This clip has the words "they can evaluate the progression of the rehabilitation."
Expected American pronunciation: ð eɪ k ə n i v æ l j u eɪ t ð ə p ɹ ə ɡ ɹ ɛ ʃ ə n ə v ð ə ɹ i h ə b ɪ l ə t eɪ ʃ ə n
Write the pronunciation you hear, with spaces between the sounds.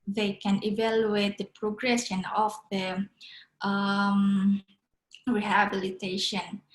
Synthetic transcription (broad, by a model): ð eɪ k ə n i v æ l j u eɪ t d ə p ɹ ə ɡ ɹ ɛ s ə n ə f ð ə ɹ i h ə b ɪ l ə t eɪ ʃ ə n